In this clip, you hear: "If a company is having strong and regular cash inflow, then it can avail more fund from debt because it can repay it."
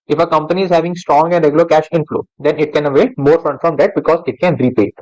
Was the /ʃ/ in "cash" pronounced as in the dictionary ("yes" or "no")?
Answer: yes